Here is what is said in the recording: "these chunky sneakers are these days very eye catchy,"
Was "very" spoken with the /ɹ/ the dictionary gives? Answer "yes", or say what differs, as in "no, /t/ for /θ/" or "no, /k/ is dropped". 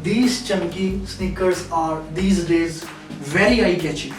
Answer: no, /l/ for /ɹ/